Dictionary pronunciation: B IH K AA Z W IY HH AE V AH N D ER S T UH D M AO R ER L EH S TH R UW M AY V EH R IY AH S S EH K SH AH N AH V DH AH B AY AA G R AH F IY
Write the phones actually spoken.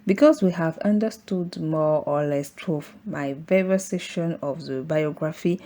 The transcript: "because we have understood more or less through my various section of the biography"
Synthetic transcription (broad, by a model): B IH K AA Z W IY HH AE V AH N D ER S T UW D M AO R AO L EH S T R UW M AY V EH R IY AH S S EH SH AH N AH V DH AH B AY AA G R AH F IY